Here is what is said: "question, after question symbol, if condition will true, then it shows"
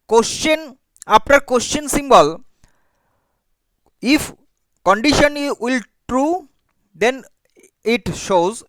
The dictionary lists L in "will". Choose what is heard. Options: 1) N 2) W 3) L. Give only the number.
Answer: 3